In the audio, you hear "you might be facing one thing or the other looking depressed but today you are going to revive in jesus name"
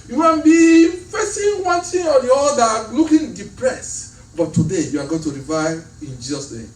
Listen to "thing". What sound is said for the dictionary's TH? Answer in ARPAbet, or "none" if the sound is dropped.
T